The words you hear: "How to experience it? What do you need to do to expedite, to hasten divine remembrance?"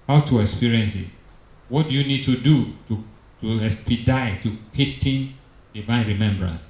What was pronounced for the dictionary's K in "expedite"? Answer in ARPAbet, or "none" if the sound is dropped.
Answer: none